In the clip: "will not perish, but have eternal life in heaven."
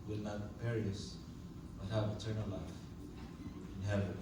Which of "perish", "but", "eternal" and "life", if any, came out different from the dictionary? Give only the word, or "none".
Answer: perish